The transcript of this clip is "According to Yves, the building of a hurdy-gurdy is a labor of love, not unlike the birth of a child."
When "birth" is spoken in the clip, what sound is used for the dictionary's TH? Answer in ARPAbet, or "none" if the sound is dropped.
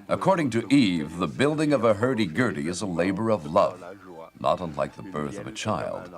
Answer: TH